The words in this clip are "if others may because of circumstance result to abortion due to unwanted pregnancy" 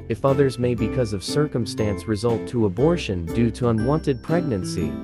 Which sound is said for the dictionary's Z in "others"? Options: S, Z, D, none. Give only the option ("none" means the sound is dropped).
Z